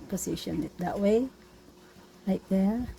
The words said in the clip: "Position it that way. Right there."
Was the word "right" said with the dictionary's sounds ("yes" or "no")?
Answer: no